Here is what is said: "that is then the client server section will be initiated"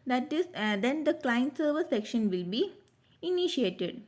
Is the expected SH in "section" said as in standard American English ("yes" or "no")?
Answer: yes